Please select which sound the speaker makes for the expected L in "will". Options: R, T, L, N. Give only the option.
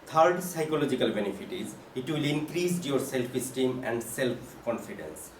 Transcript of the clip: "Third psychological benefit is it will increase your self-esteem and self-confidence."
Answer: L